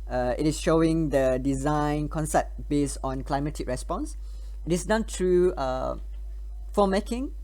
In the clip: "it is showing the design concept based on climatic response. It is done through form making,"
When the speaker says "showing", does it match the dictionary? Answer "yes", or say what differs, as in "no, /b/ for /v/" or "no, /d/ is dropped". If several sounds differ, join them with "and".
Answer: yes